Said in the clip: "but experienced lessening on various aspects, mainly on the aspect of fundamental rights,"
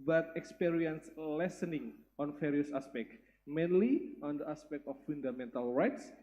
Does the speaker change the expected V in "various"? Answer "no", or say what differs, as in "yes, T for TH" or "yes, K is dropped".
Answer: yes, F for V